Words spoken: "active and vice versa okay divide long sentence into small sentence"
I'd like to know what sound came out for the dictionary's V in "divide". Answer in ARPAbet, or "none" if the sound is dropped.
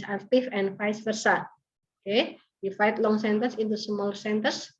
F